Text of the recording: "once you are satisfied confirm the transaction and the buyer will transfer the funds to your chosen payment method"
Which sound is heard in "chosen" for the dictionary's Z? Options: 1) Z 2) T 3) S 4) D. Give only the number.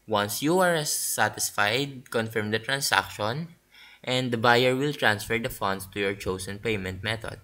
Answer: 3